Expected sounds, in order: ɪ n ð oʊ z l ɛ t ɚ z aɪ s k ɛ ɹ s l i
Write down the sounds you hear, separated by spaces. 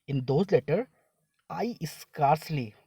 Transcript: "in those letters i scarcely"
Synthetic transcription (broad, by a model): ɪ n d oʊ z l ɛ t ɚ aɪ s k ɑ ɹ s l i